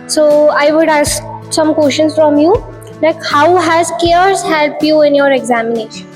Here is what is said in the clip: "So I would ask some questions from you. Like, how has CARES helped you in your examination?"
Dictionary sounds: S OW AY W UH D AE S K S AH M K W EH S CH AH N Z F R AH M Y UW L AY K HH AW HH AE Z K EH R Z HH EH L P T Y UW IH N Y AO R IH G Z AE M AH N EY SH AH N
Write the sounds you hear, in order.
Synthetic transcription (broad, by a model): S OW AY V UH D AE S K S AH M K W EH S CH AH N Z F R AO M Y UW L AY K HH AW HH AE Z K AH R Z HH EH L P Y UW IH N Y AO R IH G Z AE M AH N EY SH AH N